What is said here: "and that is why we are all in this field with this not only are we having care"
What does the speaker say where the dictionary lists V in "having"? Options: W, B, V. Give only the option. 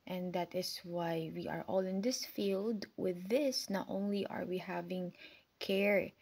V